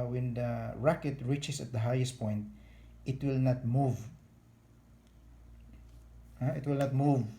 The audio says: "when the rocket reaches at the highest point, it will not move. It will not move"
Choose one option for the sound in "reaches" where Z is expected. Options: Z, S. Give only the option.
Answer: S